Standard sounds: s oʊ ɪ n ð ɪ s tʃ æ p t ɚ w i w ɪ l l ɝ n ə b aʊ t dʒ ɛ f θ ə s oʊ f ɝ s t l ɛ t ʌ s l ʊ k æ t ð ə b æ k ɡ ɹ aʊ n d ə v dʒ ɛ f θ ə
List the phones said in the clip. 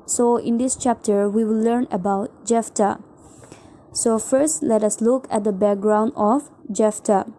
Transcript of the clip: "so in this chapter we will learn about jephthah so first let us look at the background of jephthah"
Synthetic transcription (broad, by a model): s oʊ ɪ n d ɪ s tʃ æ p t ɚ w i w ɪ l l ɝ n ə b aʊ t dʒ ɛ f t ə s oʊ f ɝ s t l ɛ t ʌ s l ʊ k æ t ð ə b æ k ɡ ɹ aʊ n d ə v dʒ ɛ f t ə